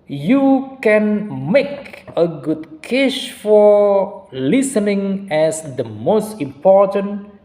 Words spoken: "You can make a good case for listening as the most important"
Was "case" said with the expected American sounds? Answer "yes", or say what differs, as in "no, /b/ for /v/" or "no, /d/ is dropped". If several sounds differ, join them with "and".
no, /ʃ/ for /s/